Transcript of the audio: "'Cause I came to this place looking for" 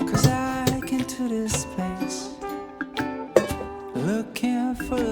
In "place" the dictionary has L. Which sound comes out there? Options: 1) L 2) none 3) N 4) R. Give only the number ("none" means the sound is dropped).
2